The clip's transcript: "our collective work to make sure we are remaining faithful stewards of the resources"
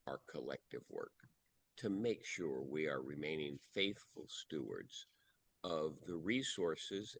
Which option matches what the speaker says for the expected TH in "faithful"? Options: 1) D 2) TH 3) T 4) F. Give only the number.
2